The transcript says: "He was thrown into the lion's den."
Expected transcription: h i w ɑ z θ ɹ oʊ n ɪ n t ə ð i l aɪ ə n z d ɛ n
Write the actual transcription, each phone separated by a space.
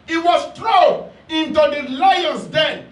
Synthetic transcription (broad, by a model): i w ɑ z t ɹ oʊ ɪ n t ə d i l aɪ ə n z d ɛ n